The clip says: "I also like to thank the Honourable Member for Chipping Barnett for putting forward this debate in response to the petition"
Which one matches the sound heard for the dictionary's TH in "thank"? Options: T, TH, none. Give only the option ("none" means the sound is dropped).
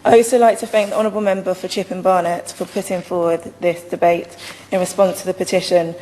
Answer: TH